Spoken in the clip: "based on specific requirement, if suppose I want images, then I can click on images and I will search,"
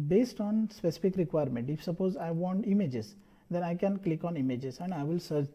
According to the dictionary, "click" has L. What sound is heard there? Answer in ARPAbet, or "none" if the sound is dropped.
L